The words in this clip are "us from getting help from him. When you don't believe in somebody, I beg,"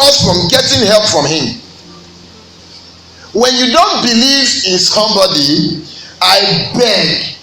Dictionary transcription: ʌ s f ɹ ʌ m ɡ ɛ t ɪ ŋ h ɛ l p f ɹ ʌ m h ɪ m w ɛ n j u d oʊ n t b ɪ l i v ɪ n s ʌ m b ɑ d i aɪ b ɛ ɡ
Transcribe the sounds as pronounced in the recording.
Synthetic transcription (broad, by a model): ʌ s f ɹ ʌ m ɡ ɛ t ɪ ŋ h ɛ l p f ɹ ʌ m h ɪ m w ɛ n j u d oʊ n t b ɪ l i v ɪ n s ʌ m b ɑ d i aɪ b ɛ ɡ